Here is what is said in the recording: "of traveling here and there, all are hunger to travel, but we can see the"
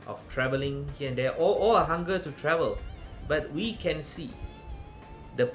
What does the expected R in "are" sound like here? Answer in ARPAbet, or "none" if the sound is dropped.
L